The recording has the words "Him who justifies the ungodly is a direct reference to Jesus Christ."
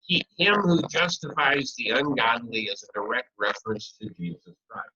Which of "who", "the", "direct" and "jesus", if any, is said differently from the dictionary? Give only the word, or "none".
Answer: none